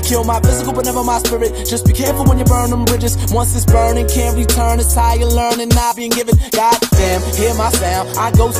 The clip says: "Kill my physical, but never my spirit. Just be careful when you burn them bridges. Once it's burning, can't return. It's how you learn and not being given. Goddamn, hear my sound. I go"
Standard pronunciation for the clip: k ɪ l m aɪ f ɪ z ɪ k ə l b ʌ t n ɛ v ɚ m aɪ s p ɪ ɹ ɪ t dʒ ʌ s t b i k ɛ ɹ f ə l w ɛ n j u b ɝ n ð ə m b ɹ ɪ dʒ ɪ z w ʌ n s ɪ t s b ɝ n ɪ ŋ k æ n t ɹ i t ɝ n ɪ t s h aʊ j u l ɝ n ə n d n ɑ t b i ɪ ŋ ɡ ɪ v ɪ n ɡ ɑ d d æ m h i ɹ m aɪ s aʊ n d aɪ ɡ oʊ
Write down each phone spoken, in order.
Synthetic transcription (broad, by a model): k ɪ l m aɪ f ɪ z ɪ k l b ʌ t n ɛ v ɚ m aɪ s p ɪ ɹ ɪ t dʒ ʌ s t b i k ɛ ɹ f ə l w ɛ n j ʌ b ɝ n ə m b ɹ ɪ dʒ ɪ z w ʌ n s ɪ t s b ɝ n ɪ ŋ k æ n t ɹ i t ɝ n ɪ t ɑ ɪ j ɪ l ɝ n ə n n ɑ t b i ɪ ŋ ɡ ɪ v ɪ n ɡ ɑ d d æ m h i ɹ m aɪ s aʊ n aɪ ɡ oʊ